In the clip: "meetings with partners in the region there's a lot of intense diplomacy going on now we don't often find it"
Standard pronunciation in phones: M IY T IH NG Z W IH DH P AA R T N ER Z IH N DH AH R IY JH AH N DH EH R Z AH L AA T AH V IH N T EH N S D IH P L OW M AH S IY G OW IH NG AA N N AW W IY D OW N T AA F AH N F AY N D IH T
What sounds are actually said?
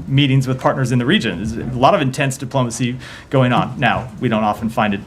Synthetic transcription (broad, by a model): M IY T IH NG Z W IH DH P AA R T N ER Z IH N DH AH R IY JH AH N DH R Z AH L AA T AH V IH N T EH N S D IH P L OW M AH S IY G OW IH NG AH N N AW W IY D OW N T AA F N F AY N D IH T